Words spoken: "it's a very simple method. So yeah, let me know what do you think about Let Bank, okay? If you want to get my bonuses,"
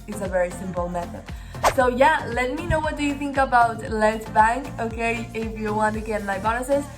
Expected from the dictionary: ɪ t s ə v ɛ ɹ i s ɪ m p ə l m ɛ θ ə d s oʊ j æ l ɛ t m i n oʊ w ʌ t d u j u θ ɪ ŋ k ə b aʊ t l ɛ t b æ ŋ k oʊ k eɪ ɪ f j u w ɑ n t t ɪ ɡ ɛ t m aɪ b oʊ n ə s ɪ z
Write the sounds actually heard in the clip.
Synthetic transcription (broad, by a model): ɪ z ə v ɛ ɹ i s ɪ m p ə l m ɛ θ ə d s oʊ j æ l ɛ t m i n oʊ w ʌ t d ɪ j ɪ θ ɪ ŋ k ə b aʊ t l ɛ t b æ ŋ k oʊ k eɪ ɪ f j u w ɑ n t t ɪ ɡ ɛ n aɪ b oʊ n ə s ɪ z